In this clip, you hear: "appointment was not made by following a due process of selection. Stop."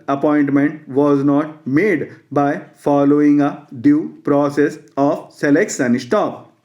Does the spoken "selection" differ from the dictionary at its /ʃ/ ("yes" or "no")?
yes